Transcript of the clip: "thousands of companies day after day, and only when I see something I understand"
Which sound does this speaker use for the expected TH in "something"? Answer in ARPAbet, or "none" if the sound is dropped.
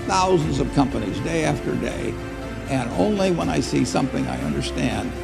TH